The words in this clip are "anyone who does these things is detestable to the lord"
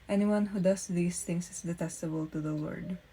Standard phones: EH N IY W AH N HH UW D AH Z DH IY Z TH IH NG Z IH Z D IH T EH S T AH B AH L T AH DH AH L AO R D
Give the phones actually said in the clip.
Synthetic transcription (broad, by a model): EH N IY W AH N HH UW D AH S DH IY S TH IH NG S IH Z D IH T EH S T AH B AH L T AH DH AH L AO R D